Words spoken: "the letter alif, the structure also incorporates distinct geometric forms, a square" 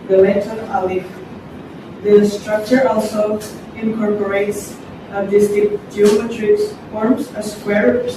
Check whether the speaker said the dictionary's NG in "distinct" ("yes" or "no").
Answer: no